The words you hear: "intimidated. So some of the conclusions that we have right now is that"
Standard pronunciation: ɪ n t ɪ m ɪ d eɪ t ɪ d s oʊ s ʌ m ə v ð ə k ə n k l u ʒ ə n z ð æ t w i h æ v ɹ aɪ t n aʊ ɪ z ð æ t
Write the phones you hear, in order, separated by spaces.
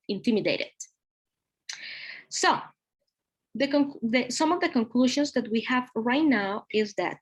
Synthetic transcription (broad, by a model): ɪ n t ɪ m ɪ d eɪ t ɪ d s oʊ s ʌ m ə v ð ə k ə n k l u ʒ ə n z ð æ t w i h æ v ɹ aɪ t n aʊ ɪ z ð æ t